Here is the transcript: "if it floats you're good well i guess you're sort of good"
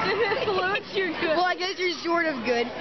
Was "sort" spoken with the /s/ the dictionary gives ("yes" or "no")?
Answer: no